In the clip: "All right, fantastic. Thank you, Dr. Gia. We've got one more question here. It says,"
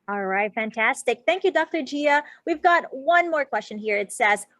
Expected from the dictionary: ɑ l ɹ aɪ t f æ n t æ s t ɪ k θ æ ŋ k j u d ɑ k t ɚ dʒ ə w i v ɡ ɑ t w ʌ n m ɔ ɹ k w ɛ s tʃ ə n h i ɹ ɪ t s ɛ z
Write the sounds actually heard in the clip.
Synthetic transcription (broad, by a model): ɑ l ɹ aɪ t f æ n t æ s t ɪ k θ æ ŋ k j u d ɑ k t ɚ dʒ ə w i v ɡ ɑ t w ʌ n m ɔ ɹ k w ɛ s tʃ ə n h i ɹ ɪ t s ɛ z